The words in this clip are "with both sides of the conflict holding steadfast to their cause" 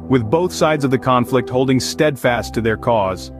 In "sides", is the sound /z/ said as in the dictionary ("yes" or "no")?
yes